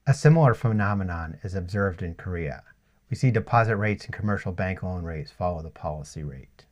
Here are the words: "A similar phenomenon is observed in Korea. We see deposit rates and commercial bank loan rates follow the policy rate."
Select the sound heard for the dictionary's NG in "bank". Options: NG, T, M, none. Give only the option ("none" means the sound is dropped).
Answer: NG